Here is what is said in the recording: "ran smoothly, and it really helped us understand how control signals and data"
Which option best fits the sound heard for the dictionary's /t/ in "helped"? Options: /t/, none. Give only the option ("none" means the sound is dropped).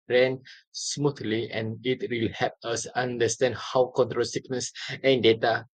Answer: none